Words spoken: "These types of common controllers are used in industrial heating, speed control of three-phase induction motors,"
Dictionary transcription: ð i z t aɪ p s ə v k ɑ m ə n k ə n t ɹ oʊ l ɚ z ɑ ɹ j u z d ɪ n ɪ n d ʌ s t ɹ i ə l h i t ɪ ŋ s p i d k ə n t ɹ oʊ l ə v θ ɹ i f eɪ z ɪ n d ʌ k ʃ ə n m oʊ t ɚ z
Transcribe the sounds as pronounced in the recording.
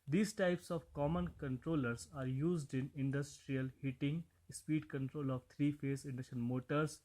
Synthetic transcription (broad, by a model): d i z t aɪ p s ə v k ɑ m ə n k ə n t ɹ oʊ l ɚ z ɑ ɹ j u z d ɪ n ɪ n d ʌ s t ɹ i ə l h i t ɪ ŋ s p i d k ə n t ɹ oʊ l ə v t ɹ i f eɪ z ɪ n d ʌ ʃ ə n m oʊ t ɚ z